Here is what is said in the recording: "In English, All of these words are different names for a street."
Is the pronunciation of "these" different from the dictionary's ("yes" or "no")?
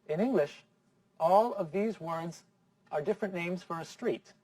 no